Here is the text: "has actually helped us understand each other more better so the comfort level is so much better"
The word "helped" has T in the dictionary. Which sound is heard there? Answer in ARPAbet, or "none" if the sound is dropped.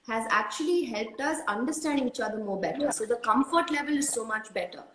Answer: T